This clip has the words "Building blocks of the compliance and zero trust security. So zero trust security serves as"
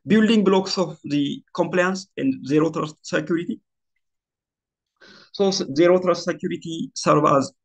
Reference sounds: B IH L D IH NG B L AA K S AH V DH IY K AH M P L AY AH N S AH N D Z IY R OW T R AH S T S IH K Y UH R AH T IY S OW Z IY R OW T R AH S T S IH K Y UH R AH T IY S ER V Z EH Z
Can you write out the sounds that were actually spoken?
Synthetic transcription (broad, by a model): B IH L D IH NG B L AA K S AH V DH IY K AH M P L AY AH N S AH N D Z IY R OW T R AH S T S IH K Y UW R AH T IY S OW Z IY R OW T R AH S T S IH K Y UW R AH T IY S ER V AA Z